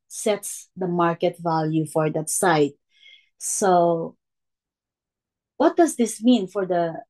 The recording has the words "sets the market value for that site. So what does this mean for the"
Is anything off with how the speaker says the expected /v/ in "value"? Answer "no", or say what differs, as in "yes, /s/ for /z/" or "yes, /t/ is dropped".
no